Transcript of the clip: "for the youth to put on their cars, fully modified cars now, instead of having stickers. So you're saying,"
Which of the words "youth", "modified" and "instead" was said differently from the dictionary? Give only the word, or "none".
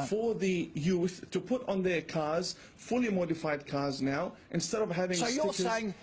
none